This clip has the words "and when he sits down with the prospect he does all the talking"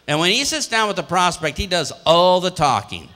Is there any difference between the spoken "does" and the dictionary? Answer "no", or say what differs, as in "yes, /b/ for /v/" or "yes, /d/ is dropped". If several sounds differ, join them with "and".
no